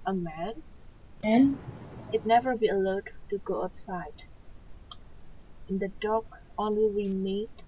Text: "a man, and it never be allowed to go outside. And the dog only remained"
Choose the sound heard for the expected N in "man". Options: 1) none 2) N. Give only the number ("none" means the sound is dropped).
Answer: 2